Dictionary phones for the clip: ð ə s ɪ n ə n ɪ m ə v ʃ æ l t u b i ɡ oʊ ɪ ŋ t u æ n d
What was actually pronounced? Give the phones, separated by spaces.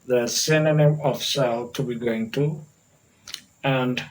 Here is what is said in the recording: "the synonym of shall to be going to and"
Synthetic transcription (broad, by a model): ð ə s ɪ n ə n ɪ ə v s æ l t u b i ɡ oʊ ɪ ŋ t u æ n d